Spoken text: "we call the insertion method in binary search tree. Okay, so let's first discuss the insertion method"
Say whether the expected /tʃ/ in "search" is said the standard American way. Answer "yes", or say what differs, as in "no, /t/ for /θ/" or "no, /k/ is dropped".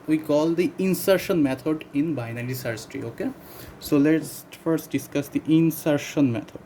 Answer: no, /s/ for /tʃ/